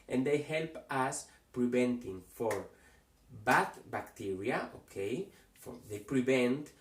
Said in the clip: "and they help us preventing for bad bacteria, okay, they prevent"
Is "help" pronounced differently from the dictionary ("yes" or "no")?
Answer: no